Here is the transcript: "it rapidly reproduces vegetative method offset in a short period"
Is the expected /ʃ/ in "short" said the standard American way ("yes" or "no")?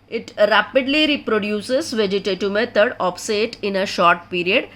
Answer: yes